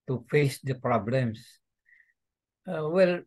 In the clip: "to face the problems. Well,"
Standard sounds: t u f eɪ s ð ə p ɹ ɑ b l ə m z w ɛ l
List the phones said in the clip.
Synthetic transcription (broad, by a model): t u f eɪ s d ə p ɹ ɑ b l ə m s w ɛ l